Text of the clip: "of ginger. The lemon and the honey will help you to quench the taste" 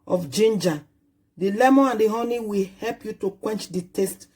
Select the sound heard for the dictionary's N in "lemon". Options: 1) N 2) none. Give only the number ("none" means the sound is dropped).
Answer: 2